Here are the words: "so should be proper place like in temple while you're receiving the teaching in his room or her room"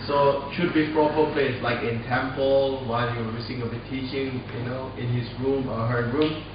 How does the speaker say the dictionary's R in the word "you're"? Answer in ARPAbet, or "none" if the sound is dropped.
W